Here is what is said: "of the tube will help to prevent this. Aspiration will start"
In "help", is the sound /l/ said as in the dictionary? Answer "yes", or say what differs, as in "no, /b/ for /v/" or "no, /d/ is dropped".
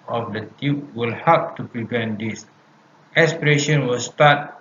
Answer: no, /l/ is dropped